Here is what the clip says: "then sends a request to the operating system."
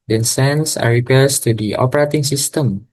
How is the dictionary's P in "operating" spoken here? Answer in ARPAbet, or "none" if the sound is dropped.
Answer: P